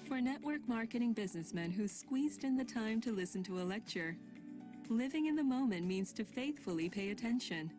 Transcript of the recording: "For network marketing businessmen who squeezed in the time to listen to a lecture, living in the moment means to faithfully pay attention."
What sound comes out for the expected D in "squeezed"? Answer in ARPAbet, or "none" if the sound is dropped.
D